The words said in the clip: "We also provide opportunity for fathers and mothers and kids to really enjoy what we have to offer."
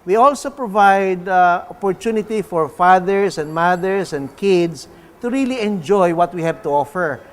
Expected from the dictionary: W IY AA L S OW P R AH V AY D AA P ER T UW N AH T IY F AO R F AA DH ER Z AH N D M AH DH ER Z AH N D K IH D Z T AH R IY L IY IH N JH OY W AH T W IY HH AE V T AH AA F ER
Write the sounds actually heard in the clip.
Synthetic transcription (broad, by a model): W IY AA L S OW P R AH V AY D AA P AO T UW N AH T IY F AO R F AA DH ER S AH N D M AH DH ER S AH N D K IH D S T AH R IY L IY IH N JH OY W AH T W IY HH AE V T AH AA F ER